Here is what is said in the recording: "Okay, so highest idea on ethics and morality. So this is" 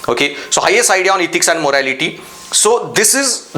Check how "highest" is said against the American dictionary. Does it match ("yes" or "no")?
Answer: no